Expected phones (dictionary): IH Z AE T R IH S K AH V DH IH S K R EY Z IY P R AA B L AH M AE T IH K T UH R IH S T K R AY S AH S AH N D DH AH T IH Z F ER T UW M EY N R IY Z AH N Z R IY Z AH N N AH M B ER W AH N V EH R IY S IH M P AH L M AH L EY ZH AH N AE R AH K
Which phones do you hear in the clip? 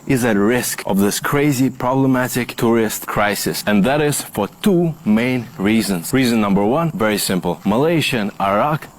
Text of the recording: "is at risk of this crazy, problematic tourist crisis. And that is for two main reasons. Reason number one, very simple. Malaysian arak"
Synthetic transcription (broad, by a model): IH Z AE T R IH S K AH V DH IH S K R EY Z IY P R AA B L AH M AE T IH K T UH R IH S T K R AY S AH S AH N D DH AH T IH Z F ER T UW M EY N R IY Z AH N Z R IY Z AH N N AH M B ER W AH N V EH R IY S IH M P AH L M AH L EY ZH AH N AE R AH K